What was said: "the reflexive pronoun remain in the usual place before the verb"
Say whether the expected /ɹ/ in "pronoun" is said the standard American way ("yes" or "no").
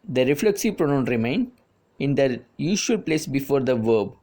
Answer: yes